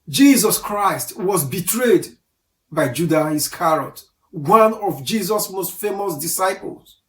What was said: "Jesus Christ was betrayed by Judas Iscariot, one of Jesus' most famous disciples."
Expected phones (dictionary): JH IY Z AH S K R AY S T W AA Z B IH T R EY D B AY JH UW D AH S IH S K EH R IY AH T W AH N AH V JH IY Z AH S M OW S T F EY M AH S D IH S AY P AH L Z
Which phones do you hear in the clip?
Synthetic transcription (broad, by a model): JH IY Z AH S K R AY S T W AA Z B IH T R EY D B AY JH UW D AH IH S K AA R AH T W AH N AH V JH IY Z AH S M OW S T F EY M AH S D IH S AY P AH L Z